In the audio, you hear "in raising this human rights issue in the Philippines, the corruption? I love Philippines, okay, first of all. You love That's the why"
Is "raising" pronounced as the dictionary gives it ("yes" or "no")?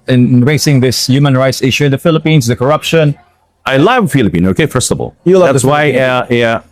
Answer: no